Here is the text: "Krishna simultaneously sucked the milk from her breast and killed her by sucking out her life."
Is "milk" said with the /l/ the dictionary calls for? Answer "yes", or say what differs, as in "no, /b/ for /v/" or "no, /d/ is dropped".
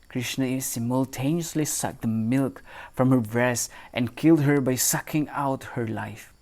yes